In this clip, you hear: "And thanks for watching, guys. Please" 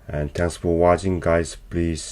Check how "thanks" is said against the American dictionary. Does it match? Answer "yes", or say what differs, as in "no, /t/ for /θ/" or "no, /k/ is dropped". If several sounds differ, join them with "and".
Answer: no, /k/ is dropped